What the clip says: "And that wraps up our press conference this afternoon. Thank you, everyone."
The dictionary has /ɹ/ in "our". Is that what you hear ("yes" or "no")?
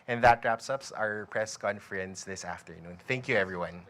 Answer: yes